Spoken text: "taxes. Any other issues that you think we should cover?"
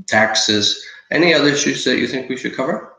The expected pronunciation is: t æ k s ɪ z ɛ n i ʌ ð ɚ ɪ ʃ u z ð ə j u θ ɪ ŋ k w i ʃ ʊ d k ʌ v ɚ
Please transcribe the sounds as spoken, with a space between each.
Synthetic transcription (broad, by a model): t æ k s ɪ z ɛ n i ʌ ð ɚ ɪ ʃ u z ð ə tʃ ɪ θ ɪ ŋ k w i ʃ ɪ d k ʌ v ɚ